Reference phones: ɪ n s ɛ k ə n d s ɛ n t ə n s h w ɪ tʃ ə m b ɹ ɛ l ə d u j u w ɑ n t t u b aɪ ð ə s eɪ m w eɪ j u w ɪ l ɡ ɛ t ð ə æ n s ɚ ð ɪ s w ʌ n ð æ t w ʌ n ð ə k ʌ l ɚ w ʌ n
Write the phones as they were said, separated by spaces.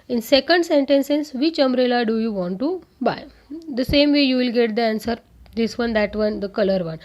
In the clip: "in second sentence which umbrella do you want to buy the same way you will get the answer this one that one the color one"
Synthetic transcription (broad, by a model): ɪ n s ɛ k ə n d s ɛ n t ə n s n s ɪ tʃ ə m ɹ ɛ l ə d u j u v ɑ n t t u b aɪ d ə s eɪ m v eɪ j u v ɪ l ɡ ɛ t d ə æ n s ɚ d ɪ s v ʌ n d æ t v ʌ n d ə k ʌ l ɚ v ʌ n